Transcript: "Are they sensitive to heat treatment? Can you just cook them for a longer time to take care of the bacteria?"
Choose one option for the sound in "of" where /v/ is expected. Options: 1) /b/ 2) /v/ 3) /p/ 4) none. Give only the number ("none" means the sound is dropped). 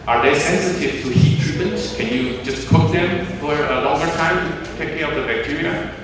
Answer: 3